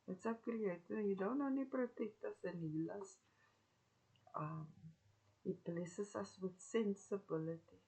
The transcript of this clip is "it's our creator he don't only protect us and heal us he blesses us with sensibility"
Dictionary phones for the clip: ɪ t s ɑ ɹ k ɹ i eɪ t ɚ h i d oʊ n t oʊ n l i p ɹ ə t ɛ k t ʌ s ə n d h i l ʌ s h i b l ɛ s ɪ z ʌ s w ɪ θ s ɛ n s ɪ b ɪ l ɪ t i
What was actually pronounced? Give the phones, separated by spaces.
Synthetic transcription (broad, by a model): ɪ t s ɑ k ɹ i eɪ t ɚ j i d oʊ n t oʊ n i p ɹ ə t ɛ k t ʌ s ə n h i l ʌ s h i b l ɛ s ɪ s ʌ s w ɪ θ s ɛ n s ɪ b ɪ l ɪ t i